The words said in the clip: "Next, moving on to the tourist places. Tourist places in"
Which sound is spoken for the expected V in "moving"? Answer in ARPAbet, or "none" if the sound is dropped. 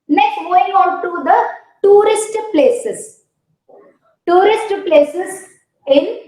none